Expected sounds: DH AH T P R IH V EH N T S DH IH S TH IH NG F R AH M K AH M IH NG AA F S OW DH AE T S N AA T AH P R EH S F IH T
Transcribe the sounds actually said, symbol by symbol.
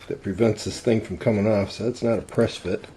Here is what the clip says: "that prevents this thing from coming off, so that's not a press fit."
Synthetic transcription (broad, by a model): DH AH T P R IH V EH N T S DH IH S TH IH NG F R AH M K AH M IH NG AA F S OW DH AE T S N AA T AH P R EH S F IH T